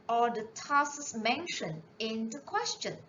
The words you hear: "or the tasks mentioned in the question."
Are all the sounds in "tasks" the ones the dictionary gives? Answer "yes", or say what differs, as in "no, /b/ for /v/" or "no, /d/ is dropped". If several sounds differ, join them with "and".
no, /k/ is dropped